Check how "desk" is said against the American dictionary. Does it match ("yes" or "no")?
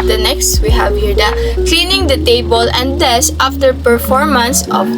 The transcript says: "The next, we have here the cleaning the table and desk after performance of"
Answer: no